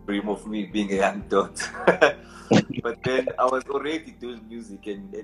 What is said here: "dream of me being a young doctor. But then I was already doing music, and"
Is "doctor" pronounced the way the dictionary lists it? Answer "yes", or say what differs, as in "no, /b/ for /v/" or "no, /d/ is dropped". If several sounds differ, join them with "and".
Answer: no, /k/ is dropped